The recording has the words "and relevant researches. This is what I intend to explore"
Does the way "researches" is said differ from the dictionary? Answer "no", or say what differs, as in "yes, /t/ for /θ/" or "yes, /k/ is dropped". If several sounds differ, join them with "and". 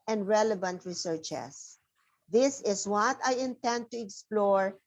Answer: yes, /s/ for /z/